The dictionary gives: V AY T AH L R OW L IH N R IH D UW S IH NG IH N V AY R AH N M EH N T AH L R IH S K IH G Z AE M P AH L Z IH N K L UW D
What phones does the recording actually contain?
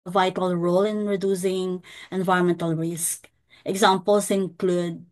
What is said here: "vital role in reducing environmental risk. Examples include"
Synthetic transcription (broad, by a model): V AY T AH L R OW L IH N R IH D UW S IH NG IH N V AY R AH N M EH N T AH L R IH S K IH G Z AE M P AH L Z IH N K L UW D